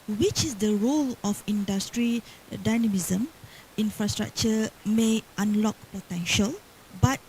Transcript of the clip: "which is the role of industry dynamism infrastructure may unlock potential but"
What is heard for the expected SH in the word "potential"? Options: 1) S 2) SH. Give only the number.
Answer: 2